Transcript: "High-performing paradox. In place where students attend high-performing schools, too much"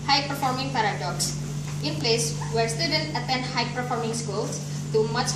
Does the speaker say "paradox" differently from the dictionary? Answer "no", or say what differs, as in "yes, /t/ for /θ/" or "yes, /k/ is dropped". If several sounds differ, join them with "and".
no